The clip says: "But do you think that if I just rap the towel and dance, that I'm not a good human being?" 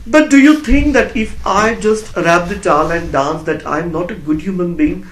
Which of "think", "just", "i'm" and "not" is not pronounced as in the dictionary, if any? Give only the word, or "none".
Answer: think